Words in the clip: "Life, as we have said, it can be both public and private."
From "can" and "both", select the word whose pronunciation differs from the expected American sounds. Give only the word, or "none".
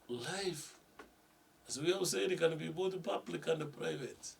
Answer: both